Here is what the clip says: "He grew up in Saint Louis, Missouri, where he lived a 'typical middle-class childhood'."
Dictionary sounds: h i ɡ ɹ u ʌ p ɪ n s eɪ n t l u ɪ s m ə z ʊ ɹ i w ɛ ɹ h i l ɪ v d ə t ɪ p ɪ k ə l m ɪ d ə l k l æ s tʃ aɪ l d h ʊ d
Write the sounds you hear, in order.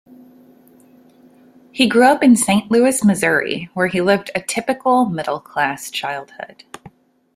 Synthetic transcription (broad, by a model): h i ɡ ɹ u ʌ p ɪ n s eɪ n t l u ɪ s m ə z ʊ ɹ i w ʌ ɹ i l ɪ v d ə t ɪ p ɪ k l m ɪ d l k l æ s tʃ aɪ l d h ʊ d